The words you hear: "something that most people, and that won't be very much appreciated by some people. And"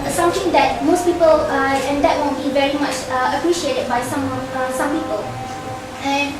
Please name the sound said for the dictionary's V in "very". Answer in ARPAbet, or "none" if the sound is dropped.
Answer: V